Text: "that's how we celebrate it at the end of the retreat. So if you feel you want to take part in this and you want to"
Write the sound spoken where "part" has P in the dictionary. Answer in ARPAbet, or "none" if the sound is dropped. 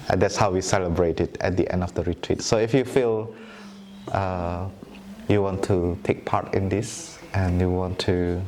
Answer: P